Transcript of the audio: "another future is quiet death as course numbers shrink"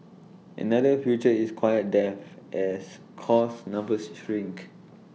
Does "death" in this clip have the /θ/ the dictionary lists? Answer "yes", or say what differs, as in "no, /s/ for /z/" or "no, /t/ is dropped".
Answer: no, /f/ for /θ/